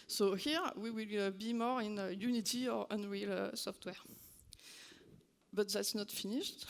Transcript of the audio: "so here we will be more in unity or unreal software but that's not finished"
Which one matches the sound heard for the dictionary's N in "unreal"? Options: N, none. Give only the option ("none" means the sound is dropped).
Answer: N